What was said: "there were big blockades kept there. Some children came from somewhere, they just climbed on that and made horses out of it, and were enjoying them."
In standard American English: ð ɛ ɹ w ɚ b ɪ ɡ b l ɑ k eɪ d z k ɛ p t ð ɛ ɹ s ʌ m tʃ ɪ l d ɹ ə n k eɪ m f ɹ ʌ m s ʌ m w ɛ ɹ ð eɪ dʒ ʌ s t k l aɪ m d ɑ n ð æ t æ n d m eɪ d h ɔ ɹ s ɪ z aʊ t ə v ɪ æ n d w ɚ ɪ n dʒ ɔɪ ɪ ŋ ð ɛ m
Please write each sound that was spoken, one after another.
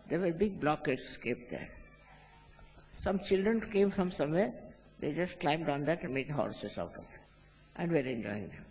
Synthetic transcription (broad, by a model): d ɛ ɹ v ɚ b ɪ ɡ b l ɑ k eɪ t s k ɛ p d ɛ ɹ s ʌ m tʃ ɪ l d ɹ ə n k eɪ m f ɹ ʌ m s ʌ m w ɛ ɹ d eɪ dʒ ʌ s t k l aɪ m d ɑ n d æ t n m eɪ d h ɔ ɹ s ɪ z aʊ t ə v ɪ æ n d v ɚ ɪ n dʒ ɔɪ ɪ ŋ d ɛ m